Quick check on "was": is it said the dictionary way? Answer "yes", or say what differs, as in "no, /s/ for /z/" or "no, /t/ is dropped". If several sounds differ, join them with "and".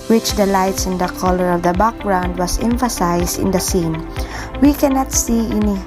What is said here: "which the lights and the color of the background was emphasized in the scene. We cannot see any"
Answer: no, /s/ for /z/